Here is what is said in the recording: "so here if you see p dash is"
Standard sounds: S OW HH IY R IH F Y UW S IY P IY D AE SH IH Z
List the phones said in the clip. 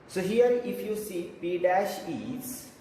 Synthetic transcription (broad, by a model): S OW HH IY R IH F Y UW S IY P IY D AE SH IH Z